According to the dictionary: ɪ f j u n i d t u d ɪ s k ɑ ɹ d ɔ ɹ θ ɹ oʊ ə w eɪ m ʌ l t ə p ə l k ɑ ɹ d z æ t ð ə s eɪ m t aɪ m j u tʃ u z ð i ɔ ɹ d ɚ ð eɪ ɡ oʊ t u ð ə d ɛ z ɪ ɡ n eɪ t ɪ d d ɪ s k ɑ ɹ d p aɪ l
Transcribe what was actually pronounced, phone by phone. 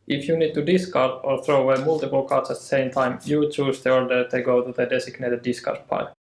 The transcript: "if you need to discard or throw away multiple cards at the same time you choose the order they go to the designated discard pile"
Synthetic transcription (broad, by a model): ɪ f j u n i d t u d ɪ s k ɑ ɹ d ɔ ɹ θ ɹ oʊ ə w eɪ m ʌ l t ə p ə l k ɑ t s æ t ð ə s eɪ m t aɪ m j u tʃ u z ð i ɔ ɹ d ɚ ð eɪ ɡ oʊ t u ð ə d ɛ s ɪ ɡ n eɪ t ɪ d d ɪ s k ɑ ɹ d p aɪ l